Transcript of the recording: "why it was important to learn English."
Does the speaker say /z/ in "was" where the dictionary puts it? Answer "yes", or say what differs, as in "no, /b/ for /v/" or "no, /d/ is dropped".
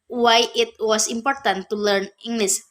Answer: no, /s/ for /z/